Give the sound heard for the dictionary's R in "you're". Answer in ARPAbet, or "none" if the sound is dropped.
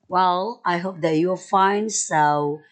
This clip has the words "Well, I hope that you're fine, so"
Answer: L